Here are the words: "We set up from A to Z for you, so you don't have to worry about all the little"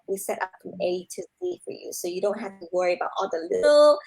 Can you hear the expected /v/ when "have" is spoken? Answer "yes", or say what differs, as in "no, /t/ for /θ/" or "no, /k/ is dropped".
no, /f/ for /v/